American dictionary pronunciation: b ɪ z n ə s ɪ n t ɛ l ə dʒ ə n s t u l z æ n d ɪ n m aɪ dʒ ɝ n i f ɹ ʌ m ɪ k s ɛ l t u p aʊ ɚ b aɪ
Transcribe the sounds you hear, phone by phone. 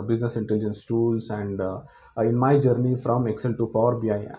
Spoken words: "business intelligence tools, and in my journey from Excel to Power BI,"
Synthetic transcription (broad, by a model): b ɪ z n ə s ɪ n t ɛ l ə dʒ ə n s t u l s æ n d ɪ n m aɪ dʒ ɝ n i f ɹ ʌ m ɪ k s ɛ l t u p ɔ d b aɪ